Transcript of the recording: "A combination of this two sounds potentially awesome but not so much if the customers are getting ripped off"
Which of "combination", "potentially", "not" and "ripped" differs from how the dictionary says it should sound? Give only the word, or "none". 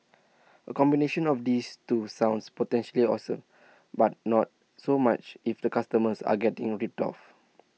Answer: ripped